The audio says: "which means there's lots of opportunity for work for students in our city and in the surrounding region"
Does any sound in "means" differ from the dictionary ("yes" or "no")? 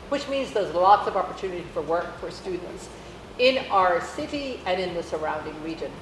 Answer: no